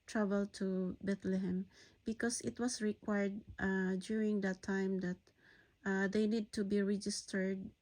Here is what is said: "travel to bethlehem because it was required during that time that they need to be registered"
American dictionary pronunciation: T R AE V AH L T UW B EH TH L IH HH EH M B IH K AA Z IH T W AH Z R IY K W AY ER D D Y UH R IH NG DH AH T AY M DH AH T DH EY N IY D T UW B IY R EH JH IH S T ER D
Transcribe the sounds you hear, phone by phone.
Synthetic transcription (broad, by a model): T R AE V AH L T UW B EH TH L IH HH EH M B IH K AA S IH T W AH S R IY K W AY ER D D Y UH R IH NG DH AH T AY M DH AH T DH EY N IY D T UW B IY R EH JH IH S T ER D